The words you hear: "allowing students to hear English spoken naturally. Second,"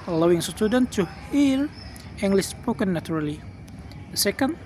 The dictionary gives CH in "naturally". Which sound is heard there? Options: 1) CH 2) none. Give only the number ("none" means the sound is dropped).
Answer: 2